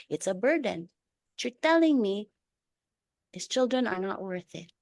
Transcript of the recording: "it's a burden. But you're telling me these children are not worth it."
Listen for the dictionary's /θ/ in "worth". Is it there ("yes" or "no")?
yes